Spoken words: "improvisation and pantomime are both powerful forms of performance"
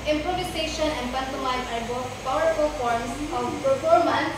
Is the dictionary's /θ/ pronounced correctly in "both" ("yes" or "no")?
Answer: no